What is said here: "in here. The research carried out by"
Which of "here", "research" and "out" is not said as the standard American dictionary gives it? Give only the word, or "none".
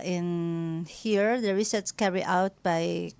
research